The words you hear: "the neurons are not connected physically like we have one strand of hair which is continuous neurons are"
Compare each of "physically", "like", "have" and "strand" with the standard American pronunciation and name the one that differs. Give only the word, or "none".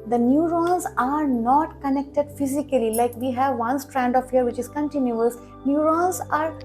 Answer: none